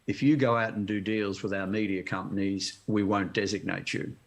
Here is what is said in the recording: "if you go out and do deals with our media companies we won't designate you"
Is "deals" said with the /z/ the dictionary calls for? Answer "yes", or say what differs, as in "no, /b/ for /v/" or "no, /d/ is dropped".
yes